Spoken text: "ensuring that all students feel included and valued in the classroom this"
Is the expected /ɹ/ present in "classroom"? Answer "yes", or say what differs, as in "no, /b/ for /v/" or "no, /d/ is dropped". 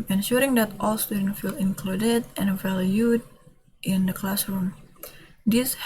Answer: yes